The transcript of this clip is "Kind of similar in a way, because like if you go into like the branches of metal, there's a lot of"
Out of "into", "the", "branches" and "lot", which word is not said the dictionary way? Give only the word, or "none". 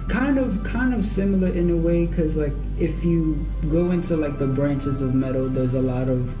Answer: none